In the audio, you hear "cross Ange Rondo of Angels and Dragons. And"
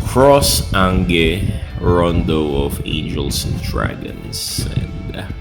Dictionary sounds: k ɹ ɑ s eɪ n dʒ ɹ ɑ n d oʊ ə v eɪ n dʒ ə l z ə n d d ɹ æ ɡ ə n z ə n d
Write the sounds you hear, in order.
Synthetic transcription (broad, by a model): k ɹ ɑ s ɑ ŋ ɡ ɹ ɑ n d oʊ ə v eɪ n dʒ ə l s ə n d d ɹ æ ɡ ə n s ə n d